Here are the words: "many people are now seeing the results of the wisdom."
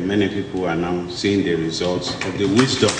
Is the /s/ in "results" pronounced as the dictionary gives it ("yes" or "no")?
yes